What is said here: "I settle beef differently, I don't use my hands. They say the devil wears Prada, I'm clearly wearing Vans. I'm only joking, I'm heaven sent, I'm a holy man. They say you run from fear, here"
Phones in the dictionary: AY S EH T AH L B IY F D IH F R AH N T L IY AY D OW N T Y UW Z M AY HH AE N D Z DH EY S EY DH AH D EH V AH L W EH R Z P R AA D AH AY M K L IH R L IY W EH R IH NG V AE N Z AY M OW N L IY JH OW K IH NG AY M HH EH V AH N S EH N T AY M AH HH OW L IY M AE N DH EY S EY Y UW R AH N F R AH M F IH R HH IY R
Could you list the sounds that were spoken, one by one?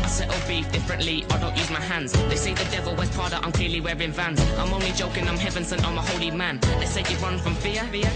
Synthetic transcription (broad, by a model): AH S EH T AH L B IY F D IH F R AH N T L IY AY D OW N T Y UW Z M AY HH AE N D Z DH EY S EY DH AH D EH V AH L W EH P AA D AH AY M K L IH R L IY W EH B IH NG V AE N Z AY M OW N L IY JH OW K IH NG AY M HH EH V AH N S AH N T AY M AH HH OW L IY M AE N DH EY S EY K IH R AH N F R AH M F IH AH